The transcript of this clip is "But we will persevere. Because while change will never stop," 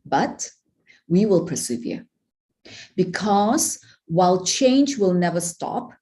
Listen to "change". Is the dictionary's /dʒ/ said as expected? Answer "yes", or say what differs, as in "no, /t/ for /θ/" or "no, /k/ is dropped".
yes